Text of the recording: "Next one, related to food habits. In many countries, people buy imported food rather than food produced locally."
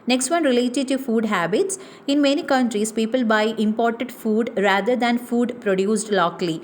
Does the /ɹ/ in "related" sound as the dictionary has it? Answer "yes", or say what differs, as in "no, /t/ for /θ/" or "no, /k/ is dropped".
yes